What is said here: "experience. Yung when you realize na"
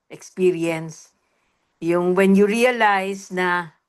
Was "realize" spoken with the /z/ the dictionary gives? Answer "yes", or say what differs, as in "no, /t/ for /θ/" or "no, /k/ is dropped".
no, /s/ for /z/